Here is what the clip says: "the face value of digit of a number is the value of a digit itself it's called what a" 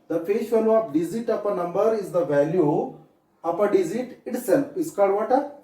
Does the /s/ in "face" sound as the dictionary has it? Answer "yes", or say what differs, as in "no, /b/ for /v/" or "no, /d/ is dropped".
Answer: no, /ʃ/ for /s/